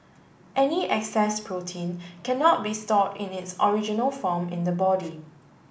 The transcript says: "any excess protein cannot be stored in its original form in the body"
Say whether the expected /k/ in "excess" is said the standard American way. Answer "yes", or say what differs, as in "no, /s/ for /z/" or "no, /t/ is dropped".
yes